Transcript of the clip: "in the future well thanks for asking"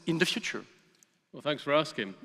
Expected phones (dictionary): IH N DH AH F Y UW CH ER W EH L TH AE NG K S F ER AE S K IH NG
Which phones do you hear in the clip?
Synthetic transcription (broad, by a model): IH N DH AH F Y UW CH ER W EH L TH AE NG K S F ER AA S K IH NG